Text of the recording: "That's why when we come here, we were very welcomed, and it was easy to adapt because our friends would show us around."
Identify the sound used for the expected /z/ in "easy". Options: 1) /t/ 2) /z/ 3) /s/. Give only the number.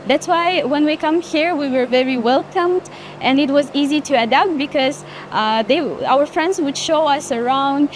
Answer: 2